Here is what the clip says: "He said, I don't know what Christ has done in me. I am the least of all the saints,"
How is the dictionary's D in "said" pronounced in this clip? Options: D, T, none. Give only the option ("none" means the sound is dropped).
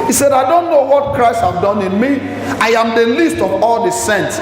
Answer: D